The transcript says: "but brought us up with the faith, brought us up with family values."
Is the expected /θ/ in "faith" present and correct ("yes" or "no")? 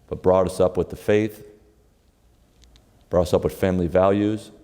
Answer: yes